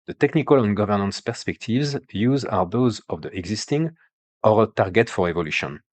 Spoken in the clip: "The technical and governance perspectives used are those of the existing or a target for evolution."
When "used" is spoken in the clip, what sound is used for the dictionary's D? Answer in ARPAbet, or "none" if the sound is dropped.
none